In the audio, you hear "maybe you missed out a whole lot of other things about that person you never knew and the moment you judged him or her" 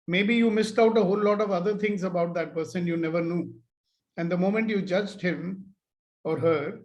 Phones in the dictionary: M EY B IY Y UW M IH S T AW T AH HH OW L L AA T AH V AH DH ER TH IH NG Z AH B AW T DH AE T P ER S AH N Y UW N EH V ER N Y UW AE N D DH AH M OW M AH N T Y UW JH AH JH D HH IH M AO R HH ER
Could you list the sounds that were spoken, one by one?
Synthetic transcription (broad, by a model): M EY B IY Y UW M IH S T AW T AH HH OW L L AA T AH V AH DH ER T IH NG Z AH B AW T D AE T P ER S AH N Y UW N EH V ER N Y UW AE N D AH M OW M AH N T Y UW JH AH JH D HH IH M AO R HH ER